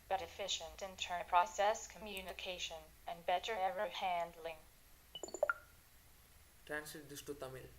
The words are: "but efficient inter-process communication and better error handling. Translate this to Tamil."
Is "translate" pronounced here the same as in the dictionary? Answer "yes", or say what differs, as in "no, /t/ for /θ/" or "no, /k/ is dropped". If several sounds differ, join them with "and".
no, /l/ is dropped